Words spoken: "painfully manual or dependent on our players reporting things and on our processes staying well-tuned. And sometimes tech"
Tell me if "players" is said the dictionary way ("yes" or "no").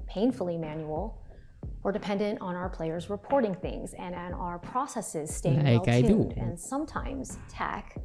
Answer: yes